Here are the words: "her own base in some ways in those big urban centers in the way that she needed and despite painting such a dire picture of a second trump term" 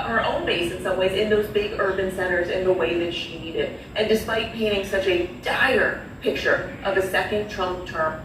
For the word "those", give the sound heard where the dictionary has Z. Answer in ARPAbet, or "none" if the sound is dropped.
Z